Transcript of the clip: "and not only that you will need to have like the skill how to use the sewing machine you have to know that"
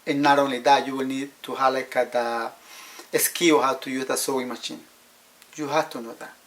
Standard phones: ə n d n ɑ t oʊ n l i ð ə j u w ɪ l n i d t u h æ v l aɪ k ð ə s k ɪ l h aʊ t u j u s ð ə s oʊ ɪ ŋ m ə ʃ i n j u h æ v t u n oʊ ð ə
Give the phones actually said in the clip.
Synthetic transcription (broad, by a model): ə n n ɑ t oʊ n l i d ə j u w ɪ l n i d t u h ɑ l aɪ k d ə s k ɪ w h aʊ t u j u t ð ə s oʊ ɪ m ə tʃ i n j u h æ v t u n oʊ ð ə